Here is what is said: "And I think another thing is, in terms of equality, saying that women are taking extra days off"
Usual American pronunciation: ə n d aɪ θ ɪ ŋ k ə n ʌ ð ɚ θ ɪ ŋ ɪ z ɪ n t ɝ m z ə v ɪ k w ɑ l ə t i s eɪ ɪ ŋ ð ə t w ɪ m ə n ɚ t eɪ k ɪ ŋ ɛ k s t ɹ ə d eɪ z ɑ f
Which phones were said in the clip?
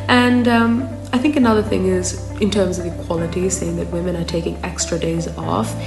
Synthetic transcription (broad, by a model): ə n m aɪ θ ɪ ŋ k ə n ʌ ð ɚ θ ɪ ŋ ɪ z ɪ n t ɝ m z ə v ɪ k w ɑ l ə t i s eɪ ɪ ŋ ð ə t w ɪ m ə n ɚ t eɪ k ɪ ŋ ɛ k s t ɹ ə d eɪ z ɑ f